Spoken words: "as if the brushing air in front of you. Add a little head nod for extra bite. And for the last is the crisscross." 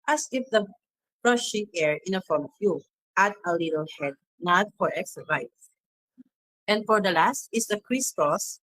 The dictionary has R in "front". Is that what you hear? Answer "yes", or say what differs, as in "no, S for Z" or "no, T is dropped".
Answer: no, R is dropped